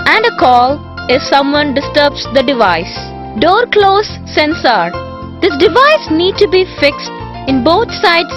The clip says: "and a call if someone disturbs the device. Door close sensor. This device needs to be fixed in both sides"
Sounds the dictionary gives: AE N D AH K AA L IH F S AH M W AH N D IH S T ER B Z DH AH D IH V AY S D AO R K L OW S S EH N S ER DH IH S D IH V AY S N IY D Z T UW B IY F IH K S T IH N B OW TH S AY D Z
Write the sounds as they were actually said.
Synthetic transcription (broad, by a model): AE N D AH K AA L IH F S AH M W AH N D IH S T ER B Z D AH D IH V AY S D AO R K L OW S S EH N S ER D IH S D IH V AY S N IY D T UW B IY F IH K S T IH N B OW T S AY D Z